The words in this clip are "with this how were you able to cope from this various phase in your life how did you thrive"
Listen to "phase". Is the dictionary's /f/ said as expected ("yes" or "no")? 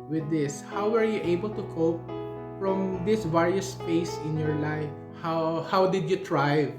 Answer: no